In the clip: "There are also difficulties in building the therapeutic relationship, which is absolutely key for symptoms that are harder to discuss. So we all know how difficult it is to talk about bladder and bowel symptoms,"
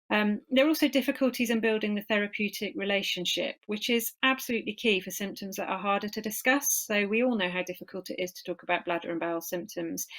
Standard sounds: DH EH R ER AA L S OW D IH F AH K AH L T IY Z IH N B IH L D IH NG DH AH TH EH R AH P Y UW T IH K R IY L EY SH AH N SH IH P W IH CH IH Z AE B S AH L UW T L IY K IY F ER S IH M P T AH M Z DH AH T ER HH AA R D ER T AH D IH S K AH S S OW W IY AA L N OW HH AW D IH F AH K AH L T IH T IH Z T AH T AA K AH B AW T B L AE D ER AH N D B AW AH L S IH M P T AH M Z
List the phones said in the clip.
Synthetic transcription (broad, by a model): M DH ER AA L S OW D IH F AH K AH L T IY Z IH N B IH L D IH NG DH AH TH EH R AH P Y UW T IH K R IY L EY SH AH N SH IH P W IH CH IH Z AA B S AH L UW T L IY K IY F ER S IH M P T AH M Z DH AH T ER HH AA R D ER T AH D IH S K AH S S OW W IY AA L N OW HH AW D IH F AH K AH L T IH T IH Z T AH T AA K AH B AW T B L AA D ER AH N B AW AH L S IH M P T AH M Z